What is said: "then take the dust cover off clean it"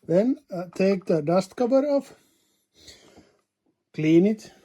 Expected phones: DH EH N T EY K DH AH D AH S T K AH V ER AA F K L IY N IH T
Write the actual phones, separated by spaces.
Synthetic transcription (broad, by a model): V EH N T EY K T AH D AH S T K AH B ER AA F K L IY N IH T